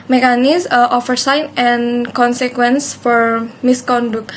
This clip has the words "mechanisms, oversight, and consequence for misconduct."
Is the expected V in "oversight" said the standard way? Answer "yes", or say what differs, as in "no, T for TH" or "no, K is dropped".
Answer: no, F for V